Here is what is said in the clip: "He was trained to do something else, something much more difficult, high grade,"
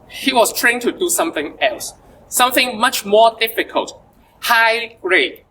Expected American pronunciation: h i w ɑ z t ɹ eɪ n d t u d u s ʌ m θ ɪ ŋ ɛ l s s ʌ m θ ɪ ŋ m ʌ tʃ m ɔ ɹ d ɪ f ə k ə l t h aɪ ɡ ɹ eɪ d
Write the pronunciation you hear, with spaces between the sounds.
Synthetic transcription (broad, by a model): h i w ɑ s t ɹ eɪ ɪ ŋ t u d u s ʌ m θ ɪ ŋ ɛ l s s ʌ m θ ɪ ŋ m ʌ tʃ m ɔ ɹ d ɪ f ə k ə l t h aɪ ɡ ɹ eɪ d